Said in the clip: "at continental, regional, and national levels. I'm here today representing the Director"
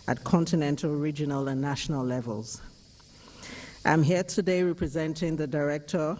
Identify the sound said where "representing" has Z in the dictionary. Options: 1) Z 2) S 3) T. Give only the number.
1